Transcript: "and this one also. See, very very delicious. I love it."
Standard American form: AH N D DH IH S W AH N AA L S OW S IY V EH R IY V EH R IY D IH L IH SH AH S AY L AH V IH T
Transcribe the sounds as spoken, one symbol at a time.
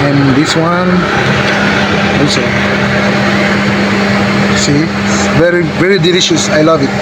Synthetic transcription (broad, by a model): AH N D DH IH S W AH N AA S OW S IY V EH R IY V EH R IY D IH L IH SH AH S AY L AH V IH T